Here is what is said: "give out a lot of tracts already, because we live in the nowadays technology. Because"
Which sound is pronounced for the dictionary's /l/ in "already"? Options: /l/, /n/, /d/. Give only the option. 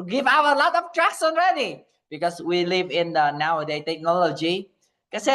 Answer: /n/